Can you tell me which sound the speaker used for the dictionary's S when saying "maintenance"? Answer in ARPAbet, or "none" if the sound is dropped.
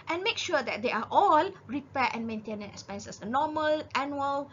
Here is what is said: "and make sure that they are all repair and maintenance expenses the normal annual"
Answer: none